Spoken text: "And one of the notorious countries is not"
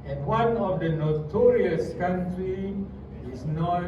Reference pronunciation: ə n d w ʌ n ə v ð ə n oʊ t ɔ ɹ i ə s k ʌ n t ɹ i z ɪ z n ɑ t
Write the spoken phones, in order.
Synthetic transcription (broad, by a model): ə n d w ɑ n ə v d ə n oʊ t ɔ ɹ i ə s k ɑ n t ɹ i ɪ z n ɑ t